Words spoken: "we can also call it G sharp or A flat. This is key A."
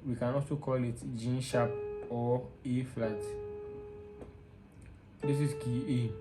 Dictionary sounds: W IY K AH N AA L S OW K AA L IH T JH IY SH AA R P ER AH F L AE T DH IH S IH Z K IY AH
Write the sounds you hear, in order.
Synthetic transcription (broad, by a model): W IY K AH N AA S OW K AA L IH T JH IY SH AA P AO AH F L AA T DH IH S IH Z K IY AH